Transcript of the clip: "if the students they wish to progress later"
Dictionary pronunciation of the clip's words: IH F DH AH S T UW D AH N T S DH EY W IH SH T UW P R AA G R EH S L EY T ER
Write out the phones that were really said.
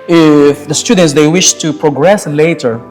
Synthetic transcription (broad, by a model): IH F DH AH S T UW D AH N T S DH EY W IH SH T UW P R AA G R EH S L EY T ER